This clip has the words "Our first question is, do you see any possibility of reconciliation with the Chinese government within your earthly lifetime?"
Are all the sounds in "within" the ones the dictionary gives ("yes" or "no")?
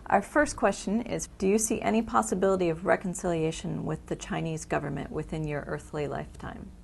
yes